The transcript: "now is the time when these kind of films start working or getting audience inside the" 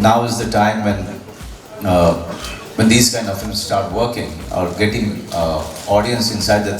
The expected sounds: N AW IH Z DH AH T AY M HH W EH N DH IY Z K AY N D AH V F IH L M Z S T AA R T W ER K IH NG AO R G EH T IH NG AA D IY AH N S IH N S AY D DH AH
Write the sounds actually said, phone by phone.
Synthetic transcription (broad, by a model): N AW IH Z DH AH T AY M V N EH N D IY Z K AY N D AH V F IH M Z S T AA R T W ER K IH NG AO R G EH T IH NG AA D IY AH N S IH N S AY D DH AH